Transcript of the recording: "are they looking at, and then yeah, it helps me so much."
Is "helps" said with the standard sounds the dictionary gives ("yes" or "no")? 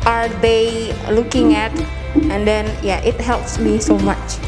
yes